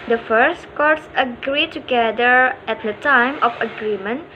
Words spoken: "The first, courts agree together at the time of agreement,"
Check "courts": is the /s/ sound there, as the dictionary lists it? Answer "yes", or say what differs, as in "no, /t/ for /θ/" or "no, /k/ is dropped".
yes